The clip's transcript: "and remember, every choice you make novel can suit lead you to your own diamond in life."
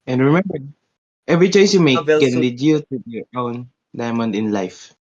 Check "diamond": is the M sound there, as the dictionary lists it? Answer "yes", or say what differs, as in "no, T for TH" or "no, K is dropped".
yes